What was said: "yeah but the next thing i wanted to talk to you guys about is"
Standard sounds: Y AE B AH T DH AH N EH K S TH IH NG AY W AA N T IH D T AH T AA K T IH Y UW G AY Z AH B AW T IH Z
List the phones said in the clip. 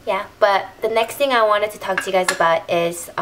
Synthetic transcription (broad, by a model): Y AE B AH T DH AH N EH K S TH IH NG AY W AA N T IH D T AH T AA K T IH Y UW G AY Z AH B AW T IH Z